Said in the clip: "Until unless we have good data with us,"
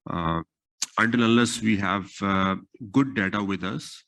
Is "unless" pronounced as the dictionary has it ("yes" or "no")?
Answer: no